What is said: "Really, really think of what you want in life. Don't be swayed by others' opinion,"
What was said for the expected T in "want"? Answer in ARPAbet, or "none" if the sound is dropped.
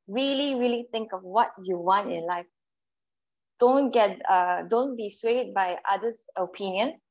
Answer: T